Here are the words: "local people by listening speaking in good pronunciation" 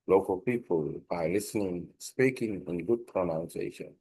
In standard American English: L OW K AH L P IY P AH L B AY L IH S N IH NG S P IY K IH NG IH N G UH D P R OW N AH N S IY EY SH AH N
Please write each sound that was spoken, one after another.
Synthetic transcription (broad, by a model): L OW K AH L P IY P AH L B AY L IH S N IH NG S P IY K IH NG IH N G UH D P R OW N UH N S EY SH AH N